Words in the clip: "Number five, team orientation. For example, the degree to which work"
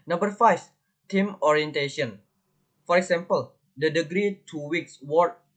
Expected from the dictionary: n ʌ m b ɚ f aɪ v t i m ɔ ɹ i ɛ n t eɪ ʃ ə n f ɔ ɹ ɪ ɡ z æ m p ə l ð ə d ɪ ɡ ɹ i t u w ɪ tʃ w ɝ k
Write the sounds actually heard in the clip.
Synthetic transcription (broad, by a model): n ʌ m b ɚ f aɪ f t i m ɔ ɹ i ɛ n t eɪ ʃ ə n f ɔ ɹ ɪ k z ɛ m p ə l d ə d ɪ ɡ ɹ i t u w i s w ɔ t